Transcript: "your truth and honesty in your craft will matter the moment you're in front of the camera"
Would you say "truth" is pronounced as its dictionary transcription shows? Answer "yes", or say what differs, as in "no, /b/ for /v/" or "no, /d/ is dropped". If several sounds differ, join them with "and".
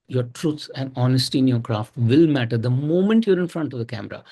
no, /s/ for /θ/